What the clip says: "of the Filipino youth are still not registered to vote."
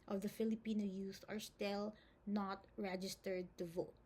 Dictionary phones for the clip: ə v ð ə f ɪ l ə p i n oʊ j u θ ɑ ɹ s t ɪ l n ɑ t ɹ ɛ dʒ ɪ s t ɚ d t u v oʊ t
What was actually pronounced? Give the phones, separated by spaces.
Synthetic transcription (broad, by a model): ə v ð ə f ɪ l ə p i n oʊ j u s ɑ ɹ s t ɪ l n ɑ t ɹ ɛ dʒ ɪ s t ɚ d t u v oʊ t